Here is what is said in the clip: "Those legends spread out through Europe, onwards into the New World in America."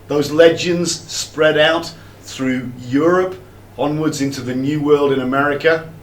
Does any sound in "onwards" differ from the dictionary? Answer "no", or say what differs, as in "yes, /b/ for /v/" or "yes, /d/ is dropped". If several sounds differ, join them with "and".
no